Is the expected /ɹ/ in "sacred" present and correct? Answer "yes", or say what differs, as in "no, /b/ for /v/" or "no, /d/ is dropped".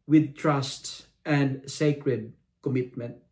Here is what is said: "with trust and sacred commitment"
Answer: yes